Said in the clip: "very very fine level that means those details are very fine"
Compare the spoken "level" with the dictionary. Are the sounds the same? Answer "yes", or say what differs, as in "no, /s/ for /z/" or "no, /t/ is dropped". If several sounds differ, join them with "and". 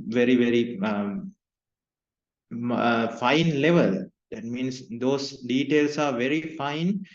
yes